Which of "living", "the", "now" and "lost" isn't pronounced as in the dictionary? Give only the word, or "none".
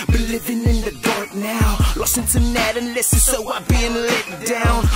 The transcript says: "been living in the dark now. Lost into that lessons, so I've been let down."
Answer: lost